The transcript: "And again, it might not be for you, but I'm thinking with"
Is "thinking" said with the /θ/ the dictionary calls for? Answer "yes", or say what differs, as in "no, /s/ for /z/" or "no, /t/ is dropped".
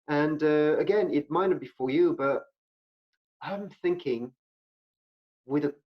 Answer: yes